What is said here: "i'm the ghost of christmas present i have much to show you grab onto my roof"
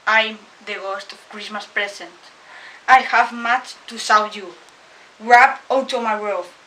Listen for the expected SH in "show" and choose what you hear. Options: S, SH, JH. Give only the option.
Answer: S